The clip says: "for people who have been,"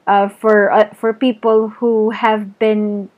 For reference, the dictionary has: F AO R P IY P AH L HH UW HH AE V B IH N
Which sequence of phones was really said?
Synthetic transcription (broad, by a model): F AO R P IY P AH L HH UW HH AE V B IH N